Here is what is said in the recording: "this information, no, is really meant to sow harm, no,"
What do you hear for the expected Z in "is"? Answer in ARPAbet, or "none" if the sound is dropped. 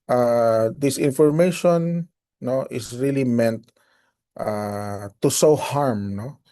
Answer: S